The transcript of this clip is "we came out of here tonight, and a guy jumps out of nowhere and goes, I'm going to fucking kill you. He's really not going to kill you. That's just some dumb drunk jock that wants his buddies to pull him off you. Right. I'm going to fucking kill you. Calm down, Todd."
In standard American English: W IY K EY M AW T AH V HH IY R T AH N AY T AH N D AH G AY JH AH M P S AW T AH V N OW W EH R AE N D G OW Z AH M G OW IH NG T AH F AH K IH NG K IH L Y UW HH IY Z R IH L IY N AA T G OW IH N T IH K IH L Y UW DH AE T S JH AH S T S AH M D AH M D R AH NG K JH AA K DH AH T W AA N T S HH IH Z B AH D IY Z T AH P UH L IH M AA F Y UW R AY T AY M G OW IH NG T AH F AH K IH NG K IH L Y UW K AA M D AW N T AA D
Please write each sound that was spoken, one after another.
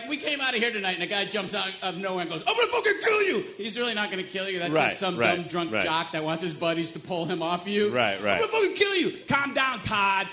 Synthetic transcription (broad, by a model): W IY K EY M AW T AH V HH IY R T AH N AY T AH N AH G AY JH AH M P S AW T AH V N OW W EH R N G OW Z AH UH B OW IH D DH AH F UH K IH K IH L Y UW HH IY Z R IH L IY N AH T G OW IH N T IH K IH L Y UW DH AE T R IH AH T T S AH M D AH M D R AH NG K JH AA K DH AH T W AA N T S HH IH Z B AH D IY Z T AH P UH L IH M AA F Y UW R AY T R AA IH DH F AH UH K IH K IH L Y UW K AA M D AW N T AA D